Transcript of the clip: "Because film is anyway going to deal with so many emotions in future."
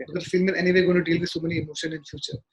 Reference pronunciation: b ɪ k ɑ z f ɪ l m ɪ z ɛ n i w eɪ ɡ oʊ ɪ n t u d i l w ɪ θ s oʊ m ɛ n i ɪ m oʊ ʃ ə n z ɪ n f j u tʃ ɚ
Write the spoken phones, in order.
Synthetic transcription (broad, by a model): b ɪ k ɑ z f ɪ l m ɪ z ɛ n i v eɪ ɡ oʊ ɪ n t u d i l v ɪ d s oʊ m ɛ n i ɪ m oʊ ʃ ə n ɪ n f j u tʃ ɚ